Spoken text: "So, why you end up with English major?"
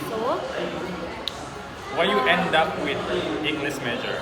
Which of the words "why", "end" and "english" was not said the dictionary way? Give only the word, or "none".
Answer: english